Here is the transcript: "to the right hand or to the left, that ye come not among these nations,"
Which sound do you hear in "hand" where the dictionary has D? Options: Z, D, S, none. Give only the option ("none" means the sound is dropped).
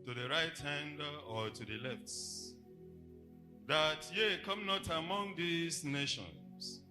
D